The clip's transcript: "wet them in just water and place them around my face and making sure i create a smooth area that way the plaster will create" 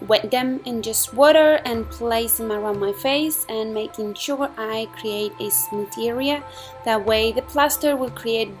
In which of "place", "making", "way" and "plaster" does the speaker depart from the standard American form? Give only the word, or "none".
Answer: none